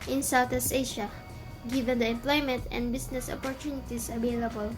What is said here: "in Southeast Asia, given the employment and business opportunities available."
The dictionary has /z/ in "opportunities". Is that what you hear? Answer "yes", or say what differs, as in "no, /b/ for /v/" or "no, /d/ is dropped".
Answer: no, /s/ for /z/